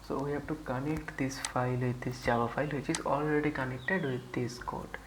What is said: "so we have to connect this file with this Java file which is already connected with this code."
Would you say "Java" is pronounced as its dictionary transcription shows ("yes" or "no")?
no